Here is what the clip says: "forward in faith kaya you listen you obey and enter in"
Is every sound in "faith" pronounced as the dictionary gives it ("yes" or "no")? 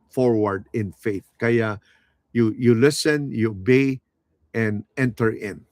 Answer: yes